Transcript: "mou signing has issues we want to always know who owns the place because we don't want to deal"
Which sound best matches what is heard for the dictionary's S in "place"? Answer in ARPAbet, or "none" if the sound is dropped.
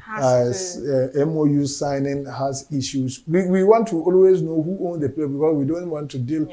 none